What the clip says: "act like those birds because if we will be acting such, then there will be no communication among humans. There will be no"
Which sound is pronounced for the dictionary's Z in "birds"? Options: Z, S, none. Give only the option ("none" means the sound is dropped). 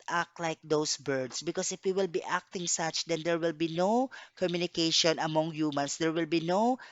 S